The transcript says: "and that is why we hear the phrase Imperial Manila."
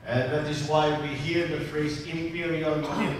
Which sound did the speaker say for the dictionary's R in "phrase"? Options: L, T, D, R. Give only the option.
R